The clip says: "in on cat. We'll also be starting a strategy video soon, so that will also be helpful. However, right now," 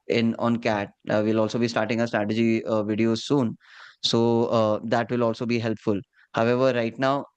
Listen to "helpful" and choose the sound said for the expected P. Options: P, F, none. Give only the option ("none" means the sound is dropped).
P